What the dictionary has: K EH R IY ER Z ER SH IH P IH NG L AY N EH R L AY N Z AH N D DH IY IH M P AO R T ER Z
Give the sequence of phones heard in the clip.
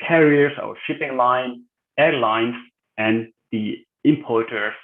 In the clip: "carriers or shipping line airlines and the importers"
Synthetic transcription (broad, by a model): K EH R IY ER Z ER SH IH P IH NG L AY N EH R L AY N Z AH N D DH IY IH M P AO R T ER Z